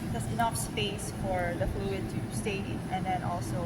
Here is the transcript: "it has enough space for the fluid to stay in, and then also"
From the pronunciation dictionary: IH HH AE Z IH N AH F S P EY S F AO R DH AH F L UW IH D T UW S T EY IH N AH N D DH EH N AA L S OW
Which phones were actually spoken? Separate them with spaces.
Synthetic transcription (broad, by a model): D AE S IH N AH F S P EY S F AO R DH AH F L UW IH D T UW S T EY IH N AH N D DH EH N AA L S OW